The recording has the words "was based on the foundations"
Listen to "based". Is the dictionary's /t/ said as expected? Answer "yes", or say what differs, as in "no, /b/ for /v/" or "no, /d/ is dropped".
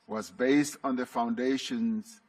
yes